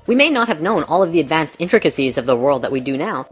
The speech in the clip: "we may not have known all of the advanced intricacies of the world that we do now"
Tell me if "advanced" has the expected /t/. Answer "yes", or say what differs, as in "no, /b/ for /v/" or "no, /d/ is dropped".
yes